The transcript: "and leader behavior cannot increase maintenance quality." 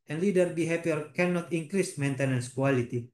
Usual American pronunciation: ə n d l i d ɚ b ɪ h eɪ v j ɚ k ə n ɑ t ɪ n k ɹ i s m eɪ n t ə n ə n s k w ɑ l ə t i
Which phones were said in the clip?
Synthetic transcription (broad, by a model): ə n l i d ɚ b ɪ h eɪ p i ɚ k ə n ɑ t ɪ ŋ k ɹ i s m eɪ n t ə n ə n s k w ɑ l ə t i